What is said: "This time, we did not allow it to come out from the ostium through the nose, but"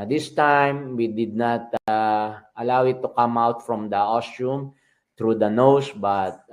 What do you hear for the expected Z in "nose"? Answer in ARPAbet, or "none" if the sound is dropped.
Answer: S